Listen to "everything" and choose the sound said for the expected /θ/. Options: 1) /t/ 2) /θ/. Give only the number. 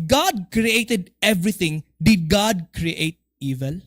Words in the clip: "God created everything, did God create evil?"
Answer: 1